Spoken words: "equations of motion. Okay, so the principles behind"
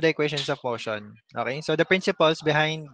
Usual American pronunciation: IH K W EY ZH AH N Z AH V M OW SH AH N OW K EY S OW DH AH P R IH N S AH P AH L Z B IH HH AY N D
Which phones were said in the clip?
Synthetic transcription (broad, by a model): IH K W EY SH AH N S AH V M OW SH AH N OW K EY S OW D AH P R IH N S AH P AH L S B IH HH AY N D